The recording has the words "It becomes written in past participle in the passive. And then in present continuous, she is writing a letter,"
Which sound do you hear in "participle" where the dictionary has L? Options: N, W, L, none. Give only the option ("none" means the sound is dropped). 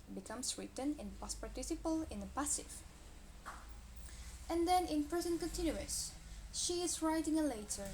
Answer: L